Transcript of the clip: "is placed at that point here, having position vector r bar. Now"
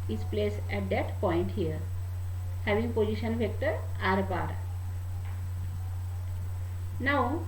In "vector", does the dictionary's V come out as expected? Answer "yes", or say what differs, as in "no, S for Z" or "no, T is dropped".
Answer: no, F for V